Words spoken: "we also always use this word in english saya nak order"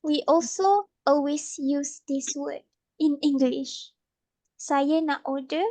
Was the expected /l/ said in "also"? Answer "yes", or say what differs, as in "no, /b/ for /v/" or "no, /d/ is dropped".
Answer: yes